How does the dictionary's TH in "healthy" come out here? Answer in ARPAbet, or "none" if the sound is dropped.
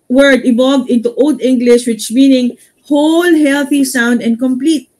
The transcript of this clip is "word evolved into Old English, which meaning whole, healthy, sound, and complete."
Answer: TH